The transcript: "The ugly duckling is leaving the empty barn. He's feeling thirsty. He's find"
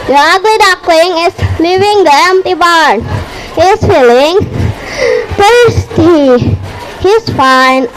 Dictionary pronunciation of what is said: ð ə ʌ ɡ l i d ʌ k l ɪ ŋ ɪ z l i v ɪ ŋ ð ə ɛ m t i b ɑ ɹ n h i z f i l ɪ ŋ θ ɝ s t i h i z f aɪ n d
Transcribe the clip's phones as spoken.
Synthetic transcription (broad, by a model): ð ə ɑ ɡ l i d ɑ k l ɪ ŋ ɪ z l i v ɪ ŋ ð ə ɛ m t i b ɑ ɹ n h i s f i l ɪ ŋ t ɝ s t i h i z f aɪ n